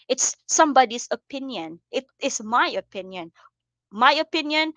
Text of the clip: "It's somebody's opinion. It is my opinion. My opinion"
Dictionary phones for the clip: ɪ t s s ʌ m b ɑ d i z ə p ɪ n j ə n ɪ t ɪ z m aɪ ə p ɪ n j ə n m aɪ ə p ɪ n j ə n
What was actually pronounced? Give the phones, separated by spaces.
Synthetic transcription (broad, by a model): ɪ t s s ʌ m b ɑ d i s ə p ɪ n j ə n ɪ t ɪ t m aɪ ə p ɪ n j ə n m aɪ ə p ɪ n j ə n